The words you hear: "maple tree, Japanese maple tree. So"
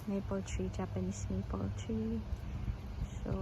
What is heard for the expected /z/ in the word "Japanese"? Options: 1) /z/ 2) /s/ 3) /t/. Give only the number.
2